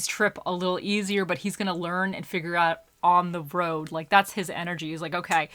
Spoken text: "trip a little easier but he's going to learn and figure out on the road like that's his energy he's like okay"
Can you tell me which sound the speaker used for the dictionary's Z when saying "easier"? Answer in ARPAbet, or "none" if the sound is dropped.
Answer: Z